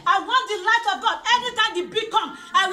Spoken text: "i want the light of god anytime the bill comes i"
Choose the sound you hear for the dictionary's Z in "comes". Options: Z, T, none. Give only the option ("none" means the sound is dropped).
none